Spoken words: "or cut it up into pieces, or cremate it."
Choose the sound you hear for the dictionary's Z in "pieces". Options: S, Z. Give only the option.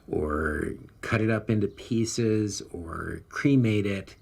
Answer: Z